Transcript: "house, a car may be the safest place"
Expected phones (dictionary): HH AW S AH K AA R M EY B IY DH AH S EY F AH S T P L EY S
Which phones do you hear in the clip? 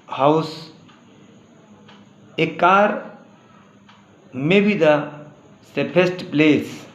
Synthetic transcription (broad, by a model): HH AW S AH K AA R M EY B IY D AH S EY P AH S T P L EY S